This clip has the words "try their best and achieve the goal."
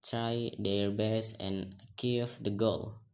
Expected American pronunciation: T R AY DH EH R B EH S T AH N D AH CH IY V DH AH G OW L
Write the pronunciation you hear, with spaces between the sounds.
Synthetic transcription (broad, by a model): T R AY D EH R B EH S AH N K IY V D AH G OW L